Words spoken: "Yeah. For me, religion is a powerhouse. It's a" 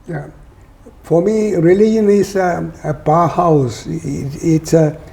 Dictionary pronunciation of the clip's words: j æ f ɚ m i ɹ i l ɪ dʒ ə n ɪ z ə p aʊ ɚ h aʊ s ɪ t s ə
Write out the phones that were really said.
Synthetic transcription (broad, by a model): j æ f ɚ m i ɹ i l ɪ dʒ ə n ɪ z ə b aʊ h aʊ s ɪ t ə